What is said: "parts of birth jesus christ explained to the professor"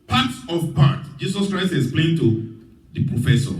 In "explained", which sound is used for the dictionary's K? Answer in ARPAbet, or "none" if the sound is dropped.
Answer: none